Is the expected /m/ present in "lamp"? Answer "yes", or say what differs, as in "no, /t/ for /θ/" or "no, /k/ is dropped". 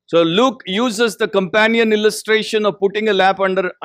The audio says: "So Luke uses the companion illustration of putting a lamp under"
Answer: no, /m/ is dropped